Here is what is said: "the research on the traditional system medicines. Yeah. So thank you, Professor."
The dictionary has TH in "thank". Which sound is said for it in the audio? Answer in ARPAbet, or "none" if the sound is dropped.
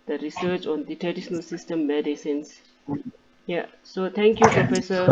T